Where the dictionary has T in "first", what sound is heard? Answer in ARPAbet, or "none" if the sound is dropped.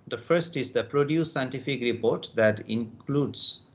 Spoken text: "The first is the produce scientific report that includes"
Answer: T